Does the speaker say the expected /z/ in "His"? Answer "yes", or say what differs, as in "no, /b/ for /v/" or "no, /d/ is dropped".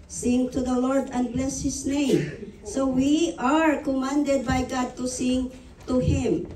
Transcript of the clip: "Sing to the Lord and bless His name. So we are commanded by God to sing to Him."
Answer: no, /s/ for /z/